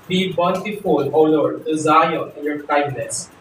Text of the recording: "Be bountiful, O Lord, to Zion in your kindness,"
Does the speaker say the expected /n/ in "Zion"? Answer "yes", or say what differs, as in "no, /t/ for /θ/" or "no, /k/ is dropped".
no, /n/ is dropped